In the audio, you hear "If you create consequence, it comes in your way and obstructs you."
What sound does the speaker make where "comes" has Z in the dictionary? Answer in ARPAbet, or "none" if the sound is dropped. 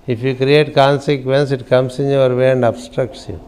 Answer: S